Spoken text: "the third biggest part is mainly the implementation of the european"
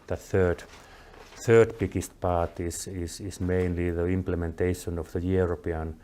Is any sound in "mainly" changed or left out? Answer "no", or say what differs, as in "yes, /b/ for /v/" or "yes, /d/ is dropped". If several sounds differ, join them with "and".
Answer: no